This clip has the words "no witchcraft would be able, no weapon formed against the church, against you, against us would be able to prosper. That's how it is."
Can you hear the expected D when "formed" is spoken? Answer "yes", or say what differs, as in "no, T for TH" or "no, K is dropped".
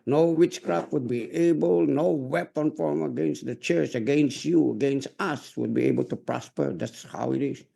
no, D is dropped